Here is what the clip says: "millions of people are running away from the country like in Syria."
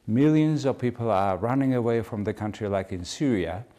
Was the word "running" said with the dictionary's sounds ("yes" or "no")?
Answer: yes